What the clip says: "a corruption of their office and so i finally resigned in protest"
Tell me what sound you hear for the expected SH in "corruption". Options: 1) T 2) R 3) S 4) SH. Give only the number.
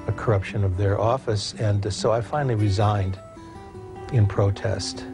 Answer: 4